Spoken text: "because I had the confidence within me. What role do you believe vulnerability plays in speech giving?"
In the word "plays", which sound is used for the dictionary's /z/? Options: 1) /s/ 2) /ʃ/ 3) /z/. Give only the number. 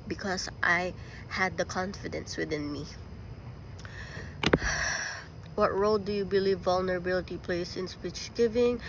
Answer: 1